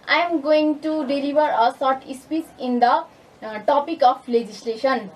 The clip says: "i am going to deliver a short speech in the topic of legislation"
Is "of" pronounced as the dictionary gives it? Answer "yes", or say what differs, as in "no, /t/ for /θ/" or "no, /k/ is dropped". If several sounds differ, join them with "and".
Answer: no, /p/ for /v/